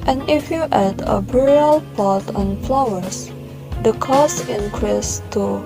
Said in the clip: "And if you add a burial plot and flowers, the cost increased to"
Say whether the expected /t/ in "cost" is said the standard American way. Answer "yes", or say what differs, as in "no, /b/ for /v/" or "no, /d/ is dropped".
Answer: no, /t/ is dropped